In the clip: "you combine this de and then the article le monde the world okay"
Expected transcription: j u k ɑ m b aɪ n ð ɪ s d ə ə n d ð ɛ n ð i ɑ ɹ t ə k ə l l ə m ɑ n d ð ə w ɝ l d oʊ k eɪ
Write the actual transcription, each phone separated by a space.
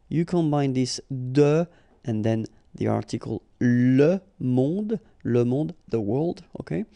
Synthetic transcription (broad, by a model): j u k ɑ m b aɪ n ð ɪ s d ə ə n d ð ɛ n ð i ɑ ɹ t ə k ə l l ə m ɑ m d ð ə w ɝ l d oʊ k eɪ